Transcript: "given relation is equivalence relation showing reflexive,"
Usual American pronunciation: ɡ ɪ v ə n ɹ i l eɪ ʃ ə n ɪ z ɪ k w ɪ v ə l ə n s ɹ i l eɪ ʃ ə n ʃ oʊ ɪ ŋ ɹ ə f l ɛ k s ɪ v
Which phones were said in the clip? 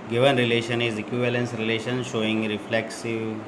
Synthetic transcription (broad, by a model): ɡ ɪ v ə n ɹ i l eɪ ʃ ə n ɪ z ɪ k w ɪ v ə l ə n s ɹ i l eɪ ʃ ə n ʃ oʊ ɪ ŋ ɹ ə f l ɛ k s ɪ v